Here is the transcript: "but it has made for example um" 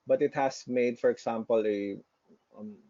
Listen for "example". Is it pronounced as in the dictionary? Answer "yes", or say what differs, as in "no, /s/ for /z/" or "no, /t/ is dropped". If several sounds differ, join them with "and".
no, /s/ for /z/